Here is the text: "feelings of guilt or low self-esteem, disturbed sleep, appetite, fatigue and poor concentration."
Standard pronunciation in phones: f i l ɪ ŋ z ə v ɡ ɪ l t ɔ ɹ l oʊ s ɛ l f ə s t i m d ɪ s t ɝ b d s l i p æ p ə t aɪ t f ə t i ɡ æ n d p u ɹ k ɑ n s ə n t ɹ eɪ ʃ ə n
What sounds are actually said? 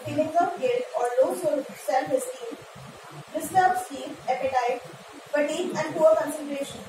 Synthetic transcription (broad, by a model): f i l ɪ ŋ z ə p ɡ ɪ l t ɔ ɹ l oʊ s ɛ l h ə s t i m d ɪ s t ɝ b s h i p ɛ p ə t aɪ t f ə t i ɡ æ n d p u ɹ k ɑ n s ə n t ɹ eɪ ʃ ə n